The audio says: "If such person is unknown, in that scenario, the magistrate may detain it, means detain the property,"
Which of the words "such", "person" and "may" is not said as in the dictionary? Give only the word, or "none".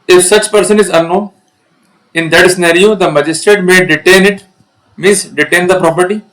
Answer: none